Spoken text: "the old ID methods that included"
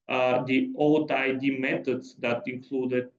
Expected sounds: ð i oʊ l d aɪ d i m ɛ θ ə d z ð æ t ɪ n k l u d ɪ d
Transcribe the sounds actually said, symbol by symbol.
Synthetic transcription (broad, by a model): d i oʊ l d aɪ d i m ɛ t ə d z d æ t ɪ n k l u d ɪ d